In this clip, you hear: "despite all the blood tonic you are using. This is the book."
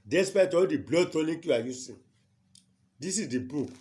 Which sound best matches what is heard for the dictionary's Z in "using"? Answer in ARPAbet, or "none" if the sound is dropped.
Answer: S